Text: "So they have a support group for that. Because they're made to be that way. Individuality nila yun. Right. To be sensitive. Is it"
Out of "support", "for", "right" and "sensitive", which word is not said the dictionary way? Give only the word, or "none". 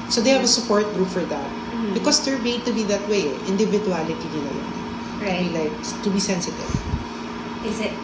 right